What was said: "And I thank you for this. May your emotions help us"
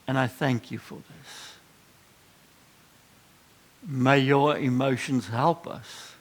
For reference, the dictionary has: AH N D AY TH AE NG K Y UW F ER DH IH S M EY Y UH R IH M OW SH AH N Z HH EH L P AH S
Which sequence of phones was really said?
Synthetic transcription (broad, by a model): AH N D AY TH AE NG K Y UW F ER DH IH S M EY Y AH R IH M OW SH AH N Z HH EH L P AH S